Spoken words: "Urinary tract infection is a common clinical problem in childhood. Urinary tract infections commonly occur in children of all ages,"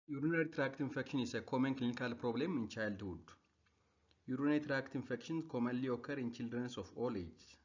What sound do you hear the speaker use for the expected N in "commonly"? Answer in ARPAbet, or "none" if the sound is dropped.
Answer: none